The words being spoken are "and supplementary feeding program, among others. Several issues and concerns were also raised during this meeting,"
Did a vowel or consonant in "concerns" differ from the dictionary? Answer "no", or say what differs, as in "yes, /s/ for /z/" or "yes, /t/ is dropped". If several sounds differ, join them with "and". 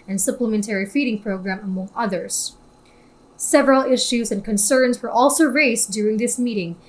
no